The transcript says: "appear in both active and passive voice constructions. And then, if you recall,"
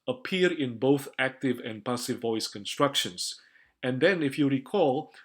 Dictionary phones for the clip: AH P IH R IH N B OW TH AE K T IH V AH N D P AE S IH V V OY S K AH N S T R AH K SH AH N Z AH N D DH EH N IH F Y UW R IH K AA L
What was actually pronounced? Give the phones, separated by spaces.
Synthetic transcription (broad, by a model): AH P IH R IH N B OW TH AE K T IH V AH N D P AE S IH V V OY S K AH N S T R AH K SH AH N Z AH N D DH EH N IH F Y UW R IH K AA L